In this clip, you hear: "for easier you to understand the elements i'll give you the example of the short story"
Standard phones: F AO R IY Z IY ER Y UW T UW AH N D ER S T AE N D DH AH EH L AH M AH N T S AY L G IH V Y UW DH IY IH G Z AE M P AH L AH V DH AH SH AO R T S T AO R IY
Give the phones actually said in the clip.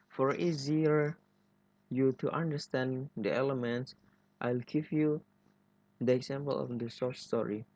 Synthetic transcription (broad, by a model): F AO R IY Z IY ER Y UW T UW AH N D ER S T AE N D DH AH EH L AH M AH N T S AY L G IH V Y UW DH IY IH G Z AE M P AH L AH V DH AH S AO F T S T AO R IY